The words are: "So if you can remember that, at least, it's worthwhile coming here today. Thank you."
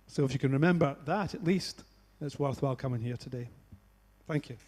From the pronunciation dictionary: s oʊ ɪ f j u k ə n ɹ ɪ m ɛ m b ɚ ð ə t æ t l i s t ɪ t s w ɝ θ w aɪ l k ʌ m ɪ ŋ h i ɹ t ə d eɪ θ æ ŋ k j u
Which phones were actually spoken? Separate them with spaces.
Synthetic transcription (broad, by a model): s oʊ ɪ f j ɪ k ə n ɹ ɪ m ɛ m b ɚ ð ə t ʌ t l i s t ɪ t s w ɝ θ w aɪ l k ʌ m ɪ ŋ h i ɹ t ə d eɪ θ æ ŋ k j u